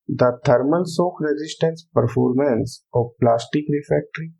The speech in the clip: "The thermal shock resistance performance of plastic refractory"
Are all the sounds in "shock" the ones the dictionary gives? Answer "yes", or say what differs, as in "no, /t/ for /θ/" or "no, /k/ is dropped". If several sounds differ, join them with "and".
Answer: no, /s/ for /ʃ/